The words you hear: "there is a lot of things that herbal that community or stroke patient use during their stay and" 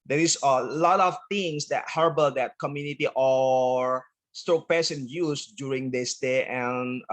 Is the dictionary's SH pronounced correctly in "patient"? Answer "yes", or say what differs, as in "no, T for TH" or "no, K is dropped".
no, S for SH